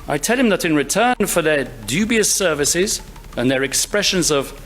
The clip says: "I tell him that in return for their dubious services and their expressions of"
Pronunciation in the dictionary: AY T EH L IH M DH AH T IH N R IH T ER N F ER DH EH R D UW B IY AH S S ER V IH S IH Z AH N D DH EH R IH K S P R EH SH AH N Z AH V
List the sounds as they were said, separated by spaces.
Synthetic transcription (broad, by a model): AY T EH L IH M DH AH T IH N R IH T ER N F ER DH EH R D UW B IY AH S S ER V IH S IH Z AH N DH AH R IH K S P R EH SH AH N Z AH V